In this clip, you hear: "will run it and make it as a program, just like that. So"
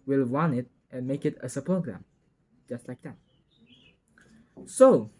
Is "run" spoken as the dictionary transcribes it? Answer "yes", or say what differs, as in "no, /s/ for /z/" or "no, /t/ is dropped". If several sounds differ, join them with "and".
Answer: no, /w/ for /ɹ/